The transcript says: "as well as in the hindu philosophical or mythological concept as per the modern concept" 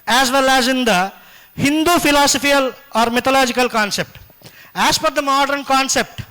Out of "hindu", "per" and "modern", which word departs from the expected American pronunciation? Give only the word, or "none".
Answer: per